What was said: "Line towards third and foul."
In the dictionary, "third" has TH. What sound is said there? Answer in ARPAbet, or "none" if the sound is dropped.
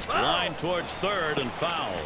TH